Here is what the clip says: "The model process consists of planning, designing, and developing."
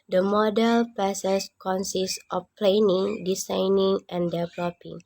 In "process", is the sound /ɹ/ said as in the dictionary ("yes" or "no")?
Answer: no